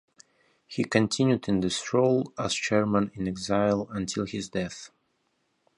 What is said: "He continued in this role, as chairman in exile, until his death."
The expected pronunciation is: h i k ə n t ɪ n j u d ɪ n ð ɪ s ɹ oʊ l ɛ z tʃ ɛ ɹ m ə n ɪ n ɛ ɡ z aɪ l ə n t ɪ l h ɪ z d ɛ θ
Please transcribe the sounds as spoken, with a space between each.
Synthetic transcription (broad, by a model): h i k ə n t ɪ n j u d ɪ n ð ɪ s ɹ oʊ l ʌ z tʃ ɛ ɹ m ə n ɪ n ɛ ɡ z aɪ l ə n t ɪ l h ɪ z d ɛ θ